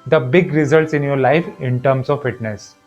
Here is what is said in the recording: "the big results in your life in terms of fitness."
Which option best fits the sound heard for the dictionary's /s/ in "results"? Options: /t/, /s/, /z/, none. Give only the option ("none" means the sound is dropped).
/s/